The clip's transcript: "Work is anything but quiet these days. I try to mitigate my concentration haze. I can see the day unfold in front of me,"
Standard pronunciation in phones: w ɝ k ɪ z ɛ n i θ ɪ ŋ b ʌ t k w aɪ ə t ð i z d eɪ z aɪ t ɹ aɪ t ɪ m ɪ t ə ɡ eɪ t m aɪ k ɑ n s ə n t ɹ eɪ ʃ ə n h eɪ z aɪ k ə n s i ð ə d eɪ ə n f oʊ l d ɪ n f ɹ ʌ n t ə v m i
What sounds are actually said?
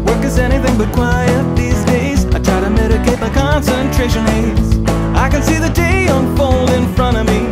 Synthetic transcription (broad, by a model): w ɝ k ɪ z ɛ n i θ ɪ ŋ b ʌ t k w aɪ ə t ð i z d eɪ z aɪ t ɹ aɪ t ɪ m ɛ t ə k eɪ t m aɪ k ɑ n s ə n t ɹ eɪ ʃ ə n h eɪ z aɪ k ə n s i ð ə d eɪ ə n f oʊ l d ɪ n f ɹ ʌ t ə v m i